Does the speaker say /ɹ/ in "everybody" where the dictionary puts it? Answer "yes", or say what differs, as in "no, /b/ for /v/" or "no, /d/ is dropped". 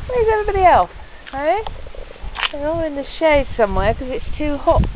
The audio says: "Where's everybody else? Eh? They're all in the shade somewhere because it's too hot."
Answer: no, /ɹ/ is dropped